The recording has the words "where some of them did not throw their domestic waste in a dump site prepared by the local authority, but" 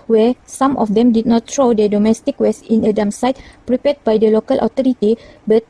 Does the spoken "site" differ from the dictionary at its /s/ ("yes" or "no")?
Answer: no